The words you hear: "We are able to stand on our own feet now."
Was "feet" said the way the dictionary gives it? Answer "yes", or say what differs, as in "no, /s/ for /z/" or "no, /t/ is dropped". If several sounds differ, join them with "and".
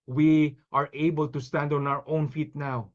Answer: yes